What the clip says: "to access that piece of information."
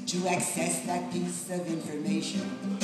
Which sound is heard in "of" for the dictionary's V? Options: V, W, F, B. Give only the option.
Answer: V